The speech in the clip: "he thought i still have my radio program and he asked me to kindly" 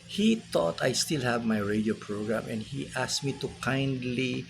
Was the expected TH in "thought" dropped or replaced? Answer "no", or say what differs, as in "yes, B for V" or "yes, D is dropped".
yes, T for TH